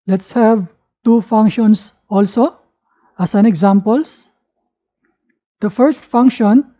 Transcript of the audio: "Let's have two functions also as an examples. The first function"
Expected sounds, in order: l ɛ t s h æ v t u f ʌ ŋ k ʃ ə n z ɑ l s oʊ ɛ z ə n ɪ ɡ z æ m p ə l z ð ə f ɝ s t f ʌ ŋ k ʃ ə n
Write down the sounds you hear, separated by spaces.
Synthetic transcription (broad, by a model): l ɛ t s h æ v t u f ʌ ŋ k ʃ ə n s ɑ l s oʊ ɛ s ə n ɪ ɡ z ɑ m p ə l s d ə f ɝ s t f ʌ ŋ k ʃ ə n